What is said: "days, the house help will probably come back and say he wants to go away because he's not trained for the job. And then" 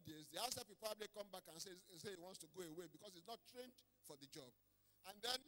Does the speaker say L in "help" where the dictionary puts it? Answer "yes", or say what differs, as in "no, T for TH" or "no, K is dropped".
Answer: no, L is dropped